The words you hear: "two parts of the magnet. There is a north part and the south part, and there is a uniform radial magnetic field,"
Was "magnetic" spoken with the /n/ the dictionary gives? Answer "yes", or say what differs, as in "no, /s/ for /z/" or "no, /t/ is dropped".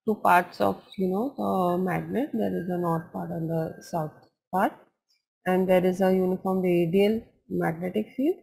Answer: yes